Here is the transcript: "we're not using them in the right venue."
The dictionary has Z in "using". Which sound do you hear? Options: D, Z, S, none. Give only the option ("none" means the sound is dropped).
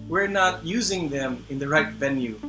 Z